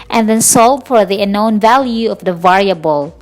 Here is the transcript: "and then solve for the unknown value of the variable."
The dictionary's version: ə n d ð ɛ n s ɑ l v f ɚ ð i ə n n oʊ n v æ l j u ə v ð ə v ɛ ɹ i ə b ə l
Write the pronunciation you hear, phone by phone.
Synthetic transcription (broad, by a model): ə n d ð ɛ n s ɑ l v f ɚ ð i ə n n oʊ n v æ l j u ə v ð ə v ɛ ɹ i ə b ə l